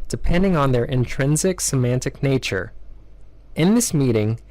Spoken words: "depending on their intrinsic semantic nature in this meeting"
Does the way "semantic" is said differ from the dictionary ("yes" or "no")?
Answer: no